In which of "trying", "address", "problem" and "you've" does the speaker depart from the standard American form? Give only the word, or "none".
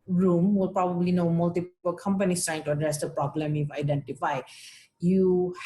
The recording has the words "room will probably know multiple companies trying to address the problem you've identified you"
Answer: you've